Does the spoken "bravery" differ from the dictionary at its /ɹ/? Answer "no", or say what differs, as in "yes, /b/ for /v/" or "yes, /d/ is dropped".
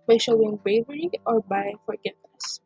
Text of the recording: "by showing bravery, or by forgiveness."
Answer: yes, /ɹ/ is dropped